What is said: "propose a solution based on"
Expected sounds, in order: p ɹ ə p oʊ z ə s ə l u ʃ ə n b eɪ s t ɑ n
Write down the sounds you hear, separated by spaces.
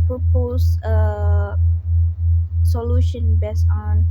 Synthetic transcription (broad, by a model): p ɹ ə p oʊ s ə s ə l u ʃ ə n b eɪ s ɑ n